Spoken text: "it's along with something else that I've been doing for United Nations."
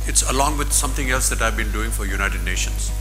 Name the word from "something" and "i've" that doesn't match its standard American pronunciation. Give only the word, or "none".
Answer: something